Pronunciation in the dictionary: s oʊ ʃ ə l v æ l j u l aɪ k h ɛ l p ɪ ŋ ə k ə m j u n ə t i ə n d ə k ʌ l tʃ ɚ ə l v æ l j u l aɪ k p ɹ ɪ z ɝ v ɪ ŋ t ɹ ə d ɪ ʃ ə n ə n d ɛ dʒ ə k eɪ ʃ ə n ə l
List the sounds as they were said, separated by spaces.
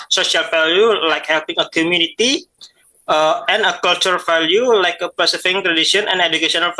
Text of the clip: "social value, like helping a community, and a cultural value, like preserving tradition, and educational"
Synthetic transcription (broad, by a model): s oʊ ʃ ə l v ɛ l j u l aɪ k h ɛ l p ɪ ŋ ə k ə m j u n ə t i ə n ə k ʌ l tʃ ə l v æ l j u l aɪ k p ɪ s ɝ f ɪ ŋ t ɹ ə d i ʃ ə n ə n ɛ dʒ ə k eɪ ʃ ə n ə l